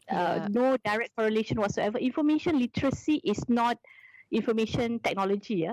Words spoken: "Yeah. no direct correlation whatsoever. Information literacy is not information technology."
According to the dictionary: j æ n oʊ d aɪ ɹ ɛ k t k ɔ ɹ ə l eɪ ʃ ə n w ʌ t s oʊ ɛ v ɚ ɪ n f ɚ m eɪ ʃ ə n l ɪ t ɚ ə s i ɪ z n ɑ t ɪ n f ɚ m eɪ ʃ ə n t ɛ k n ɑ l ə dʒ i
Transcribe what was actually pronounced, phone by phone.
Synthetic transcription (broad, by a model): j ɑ n oʊ d aɪ ɹ ɛ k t k ɔ ɹ ə l eɪ ʃ ə n w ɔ t s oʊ ɛ v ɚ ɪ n f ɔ m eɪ ʃ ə n l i t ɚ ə s i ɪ s n ɑ t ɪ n f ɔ m eɪ ʃ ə n t ɛ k n ɑ l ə dʒ i